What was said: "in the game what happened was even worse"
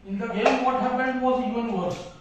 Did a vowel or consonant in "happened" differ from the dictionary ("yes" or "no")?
yes